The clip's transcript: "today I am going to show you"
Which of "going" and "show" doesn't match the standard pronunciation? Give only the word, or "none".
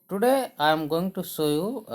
show